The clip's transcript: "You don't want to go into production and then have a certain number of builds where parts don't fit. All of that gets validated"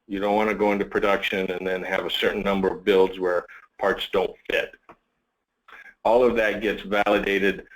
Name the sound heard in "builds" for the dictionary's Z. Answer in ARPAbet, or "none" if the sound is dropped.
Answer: Z